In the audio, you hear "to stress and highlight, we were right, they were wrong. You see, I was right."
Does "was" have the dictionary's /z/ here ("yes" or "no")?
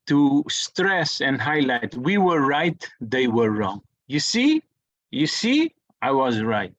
yes